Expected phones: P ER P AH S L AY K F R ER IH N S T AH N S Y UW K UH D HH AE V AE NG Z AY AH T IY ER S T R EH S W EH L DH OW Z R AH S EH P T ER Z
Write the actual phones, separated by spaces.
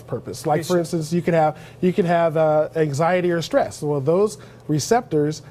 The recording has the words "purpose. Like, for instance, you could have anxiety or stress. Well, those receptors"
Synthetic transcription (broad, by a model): P ER P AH S L AY K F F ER IH N S T AH N S Y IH K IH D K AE V AE NG Z AY AH T IY ER S T R EH S W EH L DH OW Z R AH S EH P T ER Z